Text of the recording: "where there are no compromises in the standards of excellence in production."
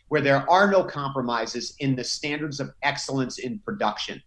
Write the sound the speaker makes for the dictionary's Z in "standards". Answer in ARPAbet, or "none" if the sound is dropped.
Z